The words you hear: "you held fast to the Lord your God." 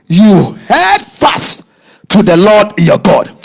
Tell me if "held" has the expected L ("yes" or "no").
no